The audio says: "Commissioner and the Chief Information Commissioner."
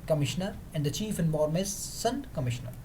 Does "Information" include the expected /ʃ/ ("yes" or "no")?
no